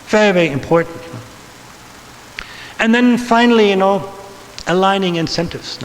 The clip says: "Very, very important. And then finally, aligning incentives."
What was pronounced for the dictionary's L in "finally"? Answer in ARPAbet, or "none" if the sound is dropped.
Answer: N